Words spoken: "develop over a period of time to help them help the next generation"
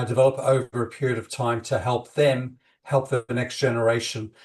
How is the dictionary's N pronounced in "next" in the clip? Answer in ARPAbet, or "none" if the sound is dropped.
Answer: N